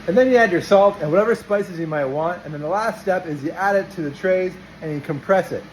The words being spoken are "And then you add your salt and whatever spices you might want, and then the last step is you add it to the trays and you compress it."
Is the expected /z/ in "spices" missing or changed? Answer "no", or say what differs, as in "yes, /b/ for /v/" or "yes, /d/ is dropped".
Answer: no